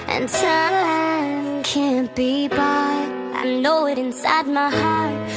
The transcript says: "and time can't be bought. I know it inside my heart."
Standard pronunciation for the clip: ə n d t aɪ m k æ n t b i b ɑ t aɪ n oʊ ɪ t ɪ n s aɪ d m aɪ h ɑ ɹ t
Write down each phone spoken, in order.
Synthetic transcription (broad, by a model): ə n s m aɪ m k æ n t b i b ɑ aɪ n oʊ ɪ t ɪ n s aɪ d m aɪ h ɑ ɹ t